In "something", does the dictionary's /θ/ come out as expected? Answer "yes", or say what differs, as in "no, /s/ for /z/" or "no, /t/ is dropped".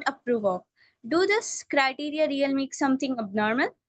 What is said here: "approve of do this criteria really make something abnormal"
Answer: no, /t/ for /θ/